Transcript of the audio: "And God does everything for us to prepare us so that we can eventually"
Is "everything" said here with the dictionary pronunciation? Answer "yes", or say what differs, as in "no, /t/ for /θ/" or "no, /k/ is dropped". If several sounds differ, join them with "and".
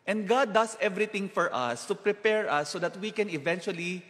no, /t/ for /θ/